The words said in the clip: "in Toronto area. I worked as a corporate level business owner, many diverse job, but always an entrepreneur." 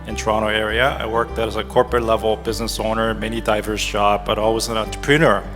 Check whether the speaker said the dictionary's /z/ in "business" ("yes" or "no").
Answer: yes